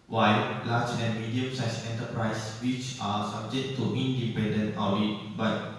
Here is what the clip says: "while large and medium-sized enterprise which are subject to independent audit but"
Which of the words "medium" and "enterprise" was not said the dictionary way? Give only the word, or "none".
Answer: enterprise